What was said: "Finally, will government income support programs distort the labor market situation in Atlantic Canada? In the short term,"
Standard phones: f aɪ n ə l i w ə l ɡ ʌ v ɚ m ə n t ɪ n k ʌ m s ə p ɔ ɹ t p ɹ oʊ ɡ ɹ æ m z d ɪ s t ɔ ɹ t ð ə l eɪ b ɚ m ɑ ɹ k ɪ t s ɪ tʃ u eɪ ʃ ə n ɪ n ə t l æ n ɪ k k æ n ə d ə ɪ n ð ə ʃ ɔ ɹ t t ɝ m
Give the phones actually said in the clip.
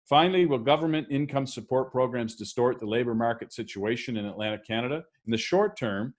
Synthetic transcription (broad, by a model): f aɪ n l i w ə l ɡ ʌ v ɚ m ə n t ɪ n k ʌ m s ə p ɔ ɹ t p ɹ oʊ ɡ ɹ æ m z d ɪ s t ɔ ɹ t ð ə l eɪ b ɚ m ɑ ɹ k ɪ t s ɪ tʃ u eɪ ʃ ə n ɪ n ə t l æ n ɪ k k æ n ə d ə ɪ n ð ə ʃ ɔ ɹ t t ɝ m